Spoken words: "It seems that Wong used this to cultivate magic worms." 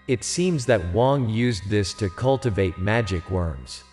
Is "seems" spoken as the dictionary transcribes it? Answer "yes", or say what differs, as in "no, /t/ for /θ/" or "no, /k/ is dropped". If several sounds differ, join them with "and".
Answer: yes